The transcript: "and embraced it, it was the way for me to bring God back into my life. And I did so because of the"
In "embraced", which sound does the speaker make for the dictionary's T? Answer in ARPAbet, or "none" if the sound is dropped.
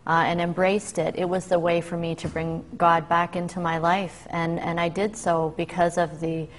T